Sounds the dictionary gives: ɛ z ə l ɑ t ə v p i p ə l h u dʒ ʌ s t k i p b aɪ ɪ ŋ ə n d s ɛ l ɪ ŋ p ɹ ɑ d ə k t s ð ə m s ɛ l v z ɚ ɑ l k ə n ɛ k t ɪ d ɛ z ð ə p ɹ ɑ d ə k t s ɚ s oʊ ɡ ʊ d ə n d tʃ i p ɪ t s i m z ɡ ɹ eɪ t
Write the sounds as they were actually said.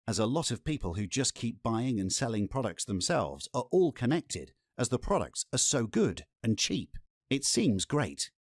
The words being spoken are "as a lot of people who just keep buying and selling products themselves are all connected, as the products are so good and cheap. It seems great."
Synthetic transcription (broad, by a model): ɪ z ə l ɑ t ə v p i p ə l h u dʒ ʌ s k i p b aɪ ɪ ŋ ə n s ɛ l ɪ ŋ p ɹ ɑ d ə k t s ð ə m s ɛ l v z ɚ ɑ l k ə n ɛ k t ɪ d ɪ z ð ə p ɹ ɑ d ə k t s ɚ s oʊ ɡ ʊ d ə n tʃ i p ɪ t s i m z ɡ ɹ eɪ t